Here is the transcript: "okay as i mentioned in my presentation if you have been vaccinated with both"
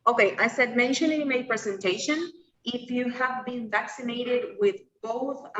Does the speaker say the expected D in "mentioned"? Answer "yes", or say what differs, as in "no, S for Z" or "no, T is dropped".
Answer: no, D is dropped